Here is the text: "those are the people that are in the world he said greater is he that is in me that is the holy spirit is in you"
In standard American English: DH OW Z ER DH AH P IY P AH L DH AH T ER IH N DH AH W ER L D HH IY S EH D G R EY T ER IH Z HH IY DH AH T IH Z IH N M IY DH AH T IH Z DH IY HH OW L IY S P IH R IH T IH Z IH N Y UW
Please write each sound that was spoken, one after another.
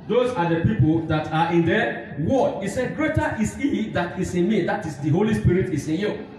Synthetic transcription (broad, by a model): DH OW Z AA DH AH P IY P AH L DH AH T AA IH N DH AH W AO D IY S EH D G R EY T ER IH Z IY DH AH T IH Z IH N M IY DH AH T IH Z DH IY HH OW L IY S P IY R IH T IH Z IH N Y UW